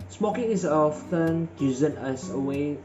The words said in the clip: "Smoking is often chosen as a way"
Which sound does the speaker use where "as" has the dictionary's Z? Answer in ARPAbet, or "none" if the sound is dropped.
S